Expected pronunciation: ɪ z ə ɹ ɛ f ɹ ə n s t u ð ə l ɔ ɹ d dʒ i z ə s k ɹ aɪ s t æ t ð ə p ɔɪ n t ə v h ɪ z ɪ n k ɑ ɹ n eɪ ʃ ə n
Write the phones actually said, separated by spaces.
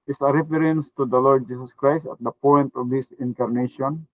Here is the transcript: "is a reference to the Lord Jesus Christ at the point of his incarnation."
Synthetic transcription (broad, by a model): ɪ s ə ɹ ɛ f ɹ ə n s t u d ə l ɔ ɹ d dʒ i s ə s k ɹ aɪ s t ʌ t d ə p ɔɪ n t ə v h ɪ s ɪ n k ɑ ɹ n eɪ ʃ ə n